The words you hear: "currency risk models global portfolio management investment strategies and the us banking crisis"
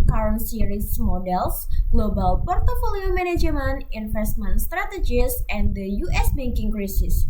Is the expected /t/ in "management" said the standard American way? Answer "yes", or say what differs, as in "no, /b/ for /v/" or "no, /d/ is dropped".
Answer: no, /t/ is dropped